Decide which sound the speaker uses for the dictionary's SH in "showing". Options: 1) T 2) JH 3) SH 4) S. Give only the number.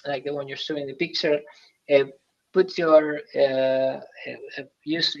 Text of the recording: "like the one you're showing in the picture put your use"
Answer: 4